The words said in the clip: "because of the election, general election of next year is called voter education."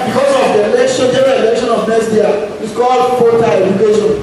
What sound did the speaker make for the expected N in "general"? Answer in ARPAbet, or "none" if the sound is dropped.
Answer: none